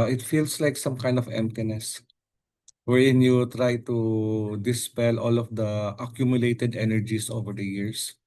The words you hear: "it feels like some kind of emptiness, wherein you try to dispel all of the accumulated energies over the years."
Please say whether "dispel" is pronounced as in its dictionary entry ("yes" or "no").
yes